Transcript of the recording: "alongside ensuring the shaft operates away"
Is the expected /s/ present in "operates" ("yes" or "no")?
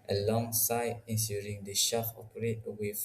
no